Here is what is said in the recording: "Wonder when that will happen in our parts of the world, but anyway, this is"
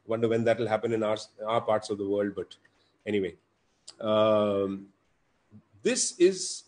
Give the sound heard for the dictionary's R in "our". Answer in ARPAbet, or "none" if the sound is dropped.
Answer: R